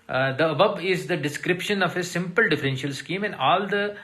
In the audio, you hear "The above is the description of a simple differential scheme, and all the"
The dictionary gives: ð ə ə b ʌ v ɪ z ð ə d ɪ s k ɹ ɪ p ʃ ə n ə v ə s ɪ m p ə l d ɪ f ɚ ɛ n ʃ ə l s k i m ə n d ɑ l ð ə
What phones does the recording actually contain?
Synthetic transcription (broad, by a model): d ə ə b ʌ b ɪ z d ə d ɪ s k ɹ ɪ p ʃ ə n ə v ə s ɪ m p ə l d ɪ f ɚ ɛ n ʃ ə l s k i m ə n d ɑ l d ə